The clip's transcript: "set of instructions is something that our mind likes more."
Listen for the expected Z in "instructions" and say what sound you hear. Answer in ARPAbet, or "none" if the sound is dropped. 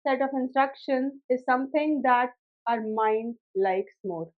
none